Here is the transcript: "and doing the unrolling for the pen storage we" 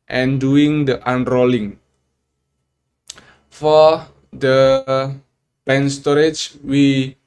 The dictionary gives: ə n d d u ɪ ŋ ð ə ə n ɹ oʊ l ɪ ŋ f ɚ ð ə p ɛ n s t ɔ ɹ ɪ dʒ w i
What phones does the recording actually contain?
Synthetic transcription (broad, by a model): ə n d d u ɪ ŋ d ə ə n ɹ oʊ l ɪ ŋ f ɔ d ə b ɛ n s t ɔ ɹ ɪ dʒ w i